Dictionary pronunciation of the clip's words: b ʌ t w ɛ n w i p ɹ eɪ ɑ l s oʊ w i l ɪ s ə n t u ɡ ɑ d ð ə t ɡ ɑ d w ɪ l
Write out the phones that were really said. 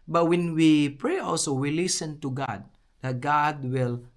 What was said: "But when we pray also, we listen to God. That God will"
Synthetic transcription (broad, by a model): b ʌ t w ɛ n w i p ɹ eɪ ɑ l s oʊ w i l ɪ s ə n t u ɡ ɑ d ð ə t ɡ ɑ d w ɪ l